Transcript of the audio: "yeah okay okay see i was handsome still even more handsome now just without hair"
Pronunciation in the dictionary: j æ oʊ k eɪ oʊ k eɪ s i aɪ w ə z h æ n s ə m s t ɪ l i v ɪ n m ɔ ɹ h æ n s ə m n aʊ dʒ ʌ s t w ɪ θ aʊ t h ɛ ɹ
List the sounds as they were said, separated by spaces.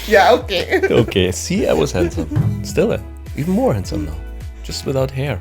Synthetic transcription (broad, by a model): j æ oʊ k eɪ oʊ k eɪ s i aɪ w ə z h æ n s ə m s t ɪ l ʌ w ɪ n m ɔ ɹ h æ n s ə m n aʊ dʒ ʌ s t w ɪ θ aʊ t h ɛ ɹ